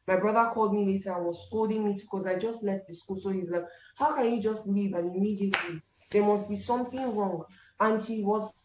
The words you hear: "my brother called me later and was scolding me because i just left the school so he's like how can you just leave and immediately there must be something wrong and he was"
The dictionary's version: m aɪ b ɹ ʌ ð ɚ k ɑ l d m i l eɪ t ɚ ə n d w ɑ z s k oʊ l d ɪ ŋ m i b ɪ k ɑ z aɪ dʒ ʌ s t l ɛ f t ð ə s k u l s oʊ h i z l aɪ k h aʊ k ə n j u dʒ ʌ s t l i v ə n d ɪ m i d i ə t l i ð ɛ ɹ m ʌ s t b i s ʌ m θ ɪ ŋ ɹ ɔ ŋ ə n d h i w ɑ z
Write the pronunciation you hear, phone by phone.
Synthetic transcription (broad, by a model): m aɪ b ɹ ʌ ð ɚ k ɑ l d m i l eɪ t ɚ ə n w ɑ z s k oʊ l d ɪ ŋ m i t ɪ k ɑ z aɪ dʒ ʌ s t l ɛ f t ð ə s k u l s oʊ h i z l aɪ k h aʊ k ə n j u dʒ ʌ s t l i v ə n ɪ m i d i ə t l i ð ɛ ɹ m ʌ s t b i s ʌ m θ ɪ ŋ ɹ ɔ ŋ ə n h i w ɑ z